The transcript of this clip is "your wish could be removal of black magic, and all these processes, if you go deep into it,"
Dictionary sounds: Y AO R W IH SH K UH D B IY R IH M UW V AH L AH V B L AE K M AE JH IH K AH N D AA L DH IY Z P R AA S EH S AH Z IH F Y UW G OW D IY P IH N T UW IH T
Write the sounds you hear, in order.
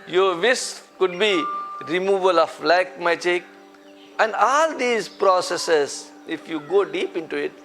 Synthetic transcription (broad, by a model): Y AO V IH S K UH D B IY R IH M UW V AH L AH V L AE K M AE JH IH K AH N D AA L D IY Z P R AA S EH S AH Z IH F Y UW G OW D IY P IH N T UW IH T